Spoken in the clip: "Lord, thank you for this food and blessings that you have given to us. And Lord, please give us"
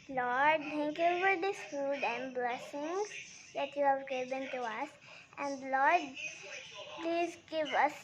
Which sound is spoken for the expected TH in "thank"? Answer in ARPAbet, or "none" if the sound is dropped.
T